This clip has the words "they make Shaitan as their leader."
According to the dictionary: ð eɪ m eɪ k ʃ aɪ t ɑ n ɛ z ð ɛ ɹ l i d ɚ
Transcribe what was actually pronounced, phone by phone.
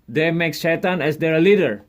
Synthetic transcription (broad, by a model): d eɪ m eɪ k s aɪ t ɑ n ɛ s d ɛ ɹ l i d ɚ